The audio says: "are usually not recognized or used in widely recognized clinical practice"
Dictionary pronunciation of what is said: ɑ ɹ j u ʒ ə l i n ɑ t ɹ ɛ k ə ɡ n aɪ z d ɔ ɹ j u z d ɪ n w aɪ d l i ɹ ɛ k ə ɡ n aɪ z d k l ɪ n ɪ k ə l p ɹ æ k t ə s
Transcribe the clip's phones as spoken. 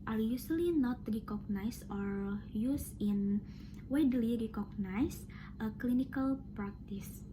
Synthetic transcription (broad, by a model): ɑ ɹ j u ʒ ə l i n ɑ t ɹ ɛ k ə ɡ n aɪ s ɔ ɹ j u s ɪ n w aɪ d l i ɹ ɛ k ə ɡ n aɪ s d k l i n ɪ k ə l p ɹ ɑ k t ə s